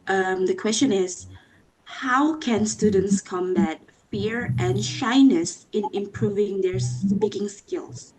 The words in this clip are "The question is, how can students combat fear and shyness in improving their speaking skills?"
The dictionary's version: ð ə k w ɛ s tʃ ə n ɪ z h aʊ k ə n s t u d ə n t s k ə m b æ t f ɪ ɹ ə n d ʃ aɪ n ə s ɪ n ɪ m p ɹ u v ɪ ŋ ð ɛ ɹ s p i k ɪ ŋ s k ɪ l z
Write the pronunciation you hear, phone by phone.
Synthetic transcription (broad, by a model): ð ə k w ɛ s tʃ ə n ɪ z h aʊ k ə n s t u d ə n t s k ə m b æ t f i ɹ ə n ʃ aɪ n ə s ɪ n ɪ m p ɹ u v ɪ ŋ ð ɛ ɹ s p i k ɪ ŋ s k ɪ l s